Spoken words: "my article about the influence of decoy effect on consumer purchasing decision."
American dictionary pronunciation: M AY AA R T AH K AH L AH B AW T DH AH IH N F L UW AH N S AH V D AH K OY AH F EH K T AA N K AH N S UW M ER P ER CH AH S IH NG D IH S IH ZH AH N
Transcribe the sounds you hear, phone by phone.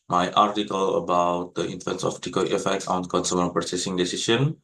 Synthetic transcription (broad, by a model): M AY AA R T AH K AH L AH B AW T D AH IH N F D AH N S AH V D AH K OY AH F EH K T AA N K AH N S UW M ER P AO S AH S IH NG D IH S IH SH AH N